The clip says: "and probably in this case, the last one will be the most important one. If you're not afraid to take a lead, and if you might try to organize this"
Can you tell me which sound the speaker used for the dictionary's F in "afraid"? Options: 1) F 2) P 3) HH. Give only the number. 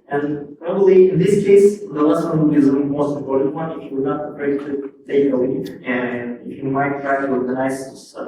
2